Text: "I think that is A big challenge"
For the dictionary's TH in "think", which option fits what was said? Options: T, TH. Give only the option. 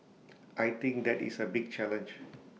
T